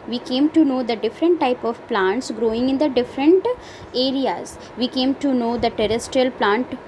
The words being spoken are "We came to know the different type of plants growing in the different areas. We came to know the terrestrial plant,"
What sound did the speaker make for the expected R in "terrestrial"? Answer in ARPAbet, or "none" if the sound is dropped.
R